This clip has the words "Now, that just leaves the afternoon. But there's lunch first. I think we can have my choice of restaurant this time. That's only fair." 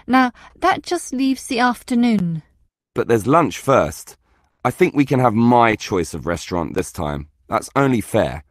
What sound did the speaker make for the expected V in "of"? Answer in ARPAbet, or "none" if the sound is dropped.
V